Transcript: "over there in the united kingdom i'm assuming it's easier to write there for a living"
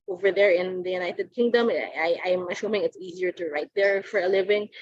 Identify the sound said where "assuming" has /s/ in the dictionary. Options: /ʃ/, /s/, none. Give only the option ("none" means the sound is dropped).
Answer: /ʃ/